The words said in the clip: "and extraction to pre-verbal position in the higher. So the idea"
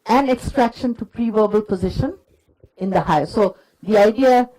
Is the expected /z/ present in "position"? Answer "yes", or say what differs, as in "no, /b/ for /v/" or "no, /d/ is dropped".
yes